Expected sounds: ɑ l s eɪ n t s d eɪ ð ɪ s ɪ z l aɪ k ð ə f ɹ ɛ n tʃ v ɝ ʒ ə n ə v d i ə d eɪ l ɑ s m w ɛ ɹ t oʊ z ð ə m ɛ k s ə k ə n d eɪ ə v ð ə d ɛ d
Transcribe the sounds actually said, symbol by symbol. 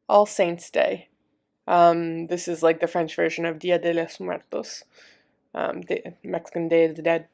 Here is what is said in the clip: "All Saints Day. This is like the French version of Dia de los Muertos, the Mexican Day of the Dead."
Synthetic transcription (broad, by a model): ɑ l s eɪ n t s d eɪ ð ɪ s ɪ z l aɪ k ð ə f ɹ ɛ n tʃ v ɝ ʒ ə n ə v d i ə d eɪ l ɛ s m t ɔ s t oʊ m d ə m ɛ k s ə k ə n d eɪ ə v ð ə d ɛ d